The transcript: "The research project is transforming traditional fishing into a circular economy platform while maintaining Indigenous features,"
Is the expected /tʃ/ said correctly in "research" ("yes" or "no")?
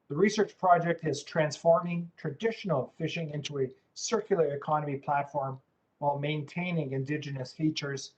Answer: yes